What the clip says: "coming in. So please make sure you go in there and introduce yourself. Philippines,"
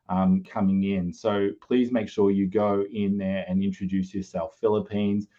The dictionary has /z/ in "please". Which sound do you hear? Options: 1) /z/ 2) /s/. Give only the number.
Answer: 1